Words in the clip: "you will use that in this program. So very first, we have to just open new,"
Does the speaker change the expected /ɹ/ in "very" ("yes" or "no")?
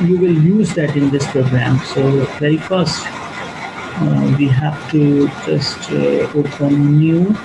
yes